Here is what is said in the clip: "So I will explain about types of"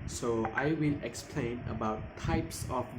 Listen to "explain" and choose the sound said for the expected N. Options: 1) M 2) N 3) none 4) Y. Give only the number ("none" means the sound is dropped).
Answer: 2